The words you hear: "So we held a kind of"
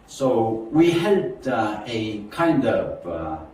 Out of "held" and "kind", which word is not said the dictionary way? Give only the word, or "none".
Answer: held